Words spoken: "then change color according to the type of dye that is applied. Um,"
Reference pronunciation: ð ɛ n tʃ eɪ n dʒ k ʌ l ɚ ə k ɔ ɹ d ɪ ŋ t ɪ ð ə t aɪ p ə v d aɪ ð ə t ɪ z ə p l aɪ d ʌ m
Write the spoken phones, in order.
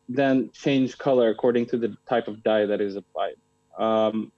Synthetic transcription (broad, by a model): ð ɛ n tʃ eɪ n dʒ k ʌ l ɚ ə k ɔ ɹ d ɪ ŋ t ɪ ð ə t aɪ p ə v d aɪ ð ə t ɪ z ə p aɪ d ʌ m